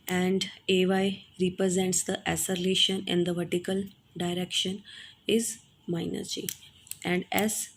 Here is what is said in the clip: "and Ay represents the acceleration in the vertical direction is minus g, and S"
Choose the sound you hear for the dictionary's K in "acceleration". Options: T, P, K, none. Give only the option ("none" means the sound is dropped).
none